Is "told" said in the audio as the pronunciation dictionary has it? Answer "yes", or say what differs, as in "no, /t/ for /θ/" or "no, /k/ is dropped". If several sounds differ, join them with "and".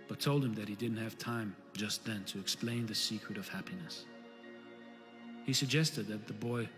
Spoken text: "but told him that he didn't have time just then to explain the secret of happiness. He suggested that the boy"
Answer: yes